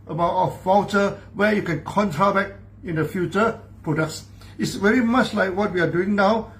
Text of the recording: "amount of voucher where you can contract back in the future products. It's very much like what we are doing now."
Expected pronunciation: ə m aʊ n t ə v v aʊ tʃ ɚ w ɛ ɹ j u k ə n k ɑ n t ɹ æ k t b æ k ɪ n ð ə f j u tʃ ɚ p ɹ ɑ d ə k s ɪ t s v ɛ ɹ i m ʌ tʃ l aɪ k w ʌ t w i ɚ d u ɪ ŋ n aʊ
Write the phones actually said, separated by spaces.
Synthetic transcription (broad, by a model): ə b aʊ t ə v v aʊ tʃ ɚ w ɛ j u k ə n k ɑ n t ɹ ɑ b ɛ k ɪ n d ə f j u tʃ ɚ p ɹ ɑ d ə k s ɪ t s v ɛ ɹ i m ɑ tʃ l aɪ k w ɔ t w i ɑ d u ɪ ŋ n aʊ